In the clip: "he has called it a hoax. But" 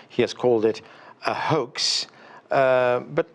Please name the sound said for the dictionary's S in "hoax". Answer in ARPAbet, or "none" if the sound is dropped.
S